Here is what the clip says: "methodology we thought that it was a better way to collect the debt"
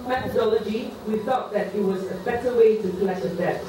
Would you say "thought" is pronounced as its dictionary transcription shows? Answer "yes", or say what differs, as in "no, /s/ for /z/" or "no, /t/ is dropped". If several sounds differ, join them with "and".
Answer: yes